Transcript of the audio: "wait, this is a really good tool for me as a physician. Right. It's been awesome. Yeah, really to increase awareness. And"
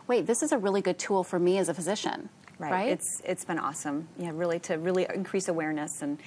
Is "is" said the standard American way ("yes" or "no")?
yes